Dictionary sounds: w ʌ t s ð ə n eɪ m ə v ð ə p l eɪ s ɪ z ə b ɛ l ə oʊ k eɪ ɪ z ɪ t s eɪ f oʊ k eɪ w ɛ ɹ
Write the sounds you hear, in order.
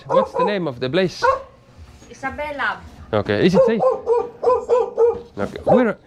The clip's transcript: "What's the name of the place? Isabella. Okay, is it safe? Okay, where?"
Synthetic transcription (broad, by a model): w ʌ t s ð ə n eɪ m ə v ð ə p l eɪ s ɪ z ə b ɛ l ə oʊ k eɪ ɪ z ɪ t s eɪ oʊ k eɪ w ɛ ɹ